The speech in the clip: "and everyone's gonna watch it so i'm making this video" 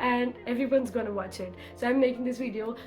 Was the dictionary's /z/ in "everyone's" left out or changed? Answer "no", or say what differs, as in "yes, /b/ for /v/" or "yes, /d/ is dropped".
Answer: no